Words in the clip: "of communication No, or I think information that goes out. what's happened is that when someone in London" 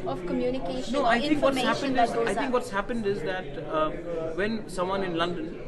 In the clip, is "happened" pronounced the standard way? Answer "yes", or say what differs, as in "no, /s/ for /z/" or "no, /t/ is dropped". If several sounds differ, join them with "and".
yes